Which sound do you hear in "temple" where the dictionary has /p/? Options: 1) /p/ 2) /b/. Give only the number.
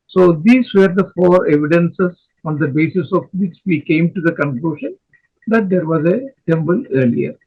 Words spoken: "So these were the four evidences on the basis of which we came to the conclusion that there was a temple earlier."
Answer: 2